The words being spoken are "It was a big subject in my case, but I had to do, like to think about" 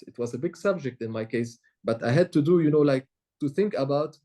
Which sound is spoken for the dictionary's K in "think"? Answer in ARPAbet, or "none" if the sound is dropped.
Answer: K